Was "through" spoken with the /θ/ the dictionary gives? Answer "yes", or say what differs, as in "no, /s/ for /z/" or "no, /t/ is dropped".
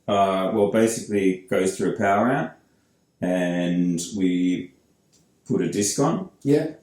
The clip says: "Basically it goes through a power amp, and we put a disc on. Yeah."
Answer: yes